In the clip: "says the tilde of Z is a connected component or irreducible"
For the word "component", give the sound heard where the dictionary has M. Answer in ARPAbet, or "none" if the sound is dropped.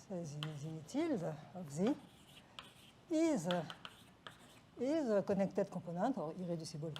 none